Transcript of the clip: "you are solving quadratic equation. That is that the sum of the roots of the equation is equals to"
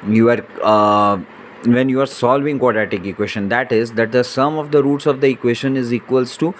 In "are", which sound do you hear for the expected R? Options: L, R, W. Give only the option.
R